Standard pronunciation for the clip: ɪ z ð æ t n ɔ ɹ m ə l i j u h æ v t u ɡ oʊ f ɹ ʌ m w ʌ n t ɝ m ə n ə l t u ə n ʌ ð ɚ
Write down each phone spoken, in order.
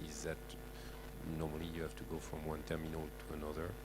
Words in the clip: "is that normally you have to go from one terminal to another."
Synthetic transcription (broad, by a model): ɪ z ð æ t n ɔ ɹ m ə l i j u h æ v t u ɡ oʊ f ɹ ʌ m w ʌ n t ɝ m ə n ə l t u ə n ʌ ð ɚ